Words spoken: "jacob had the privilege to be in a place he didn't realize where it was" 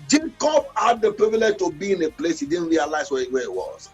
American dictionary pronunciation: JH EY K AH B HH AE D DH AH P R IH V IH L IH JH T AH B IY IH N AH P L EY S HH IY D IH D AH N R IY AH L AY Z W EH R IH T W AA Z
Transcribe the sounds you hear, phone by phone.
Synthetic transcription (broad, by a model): JH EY K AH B HH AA D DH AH P R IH V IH L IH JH T AH B IY IH N AH P L EY S HH IY D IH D N R IY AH L AY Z W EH W IH T W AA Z